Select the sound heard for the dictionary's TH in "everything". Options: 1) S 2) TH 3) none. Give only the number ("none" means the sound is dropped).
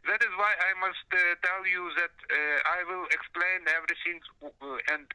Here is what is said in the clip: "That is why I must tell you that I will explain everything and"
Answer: 1